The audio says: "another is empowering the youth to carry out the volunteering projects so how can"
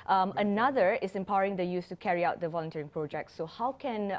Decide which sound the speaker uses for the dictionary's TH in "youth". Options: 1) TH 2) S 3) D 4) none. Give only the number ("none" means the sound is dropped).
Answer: 2